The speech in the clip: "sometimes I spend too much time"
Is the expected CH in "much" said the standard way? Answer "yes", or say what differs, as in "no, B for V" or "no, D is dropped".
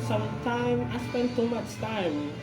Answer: yes